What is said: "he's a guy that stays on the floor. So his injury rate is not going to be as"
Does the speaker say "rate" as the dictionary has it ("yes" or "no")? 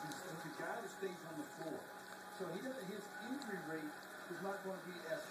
yes